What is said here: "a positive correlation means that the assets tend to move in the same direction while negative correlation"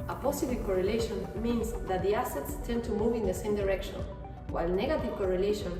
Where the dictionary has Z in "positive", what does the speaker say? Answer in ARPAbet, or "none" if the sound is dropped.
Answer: S